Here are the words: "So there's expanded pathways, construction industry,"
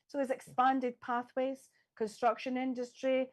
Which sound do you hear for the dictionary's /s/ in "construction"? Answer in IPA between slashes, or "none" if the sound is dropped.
/s/